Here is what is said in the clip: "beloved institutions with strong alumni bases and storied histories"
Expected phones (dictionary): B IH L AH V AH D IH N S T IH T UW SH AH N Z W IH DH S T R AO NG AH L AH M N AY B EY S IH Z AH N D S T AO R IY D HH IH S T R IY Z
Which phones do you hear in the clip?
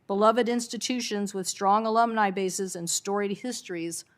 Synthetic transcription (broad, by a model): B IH L AH V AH D IH N S T IH T UW SH AH N Z W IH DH S T R AO NG AH L AH M N AY B EY S IH Z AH N S T AO R IY D HH IH S T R IY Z